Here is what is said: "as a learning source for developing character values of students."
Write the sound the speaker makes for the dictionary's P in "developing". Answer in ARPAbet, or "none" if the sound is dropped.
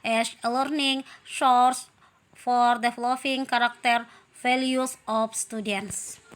F